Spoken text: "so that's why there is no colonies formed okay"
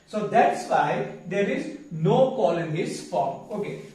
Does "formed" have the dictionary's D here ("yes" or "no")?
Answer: no